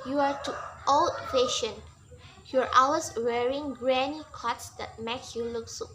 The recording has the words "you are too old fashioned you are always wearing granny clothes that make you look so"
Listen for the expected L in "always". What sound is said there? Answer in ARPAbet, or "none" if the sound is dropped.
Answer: none